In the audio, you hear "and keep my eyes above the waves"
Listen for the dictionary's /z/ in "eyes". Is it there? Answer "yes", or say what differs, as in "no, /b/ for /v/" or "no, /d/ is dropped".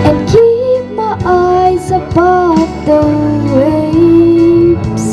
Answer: yes